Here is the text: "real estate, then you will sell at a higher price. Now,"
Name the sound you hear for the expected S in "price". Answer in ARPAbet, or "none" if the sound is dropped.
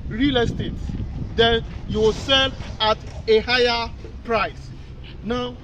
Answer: S